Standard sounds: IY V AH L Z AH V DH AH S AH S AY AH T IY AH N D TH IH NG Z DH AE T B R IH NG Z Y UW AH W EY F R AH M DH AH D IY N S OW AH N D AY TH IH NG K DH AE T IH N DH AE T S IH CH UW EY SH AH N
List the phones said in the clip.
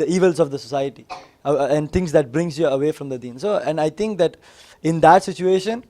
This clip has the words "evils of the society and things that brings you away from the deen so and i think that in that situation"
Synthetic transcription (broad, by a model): IY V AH L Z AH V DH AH S AH S AY AH T IY AH N D T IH NG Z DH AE T B R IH NG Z Y UW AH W EY F R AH M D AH D IY N S OW AH N D AY T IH NG K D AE T IH N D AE T S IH CH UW EY SH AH N